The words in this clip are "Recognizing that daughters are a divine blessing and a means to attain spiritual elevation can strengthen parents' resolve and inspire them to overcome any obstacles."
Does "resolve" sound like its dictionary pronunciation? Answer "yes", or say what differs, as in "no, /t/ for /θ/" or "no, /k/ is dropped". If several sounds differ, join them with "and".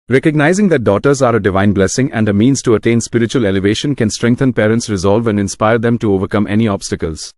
yes